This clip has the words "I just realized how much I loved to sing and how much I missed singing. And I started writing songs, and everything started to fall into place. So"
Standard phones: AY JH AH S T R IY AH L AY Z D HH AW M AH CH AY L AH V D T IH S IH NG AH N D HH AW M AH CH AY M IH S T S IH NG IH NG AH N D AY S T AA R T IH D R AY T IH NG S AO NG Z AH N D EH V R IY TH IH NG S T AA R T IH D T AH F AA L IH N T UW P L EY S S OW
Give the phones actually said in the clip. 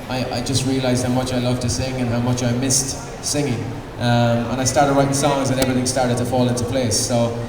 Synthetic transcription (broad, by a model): AY JH AH S T R IY AH L AY Z D HH AW M AH CH AY L AH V T IH S IH NG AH N HH AW M AH CH AY M IH S T S IH NG IH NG AH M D AY S T AA R T IH D R AY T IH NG S AO NG Z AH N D EH V R IY TH IH NG S T AA R T IH D T AH F AA L IH N T UW P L EY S S OW